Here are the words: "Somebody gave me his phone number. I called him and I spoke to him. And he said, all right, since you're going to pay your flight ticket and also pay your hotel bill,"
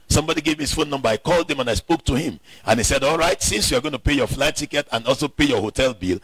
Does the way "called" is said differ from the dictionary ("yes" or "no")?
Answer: no